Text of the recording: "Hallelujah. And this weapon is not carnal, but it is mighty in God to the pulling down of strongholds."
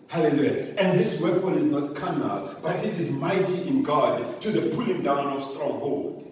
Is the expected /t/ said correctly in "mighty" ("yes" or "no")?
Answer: yes